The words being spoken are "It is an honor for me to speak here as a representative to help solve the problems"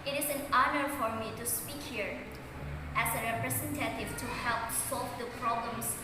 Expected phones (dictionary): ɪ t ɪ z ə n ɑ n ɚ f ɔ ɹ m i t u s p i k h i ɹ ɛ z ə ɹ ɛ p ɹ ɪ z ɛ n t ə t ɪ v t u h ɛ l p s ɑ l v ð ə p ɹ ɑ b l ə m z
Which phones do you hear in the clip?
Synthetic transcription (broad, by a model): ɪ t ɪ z ə n ɑ n ɚ f ɔ ɹ m i t u s p i k h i ɹ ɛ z ə ɹ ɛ p ɹ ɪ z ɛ n t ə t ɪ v t u h ɛ l p s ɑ l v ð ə p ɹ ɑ b l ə m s